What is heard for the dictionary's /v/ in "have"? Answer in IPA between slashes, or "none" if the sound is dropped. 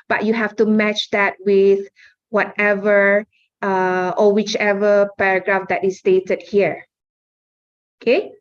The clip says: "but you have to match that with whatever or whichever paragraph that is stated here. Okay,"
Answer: /f/